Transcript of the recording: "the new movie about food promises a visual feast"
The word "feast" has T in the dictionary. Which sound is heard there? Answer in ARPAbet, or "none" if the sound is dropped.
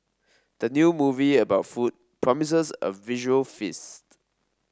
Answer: T